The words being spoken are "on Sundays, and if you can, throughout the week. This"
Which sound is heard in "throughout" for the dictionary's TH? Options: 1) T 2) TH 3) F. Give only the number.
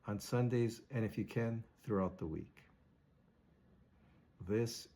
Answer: 2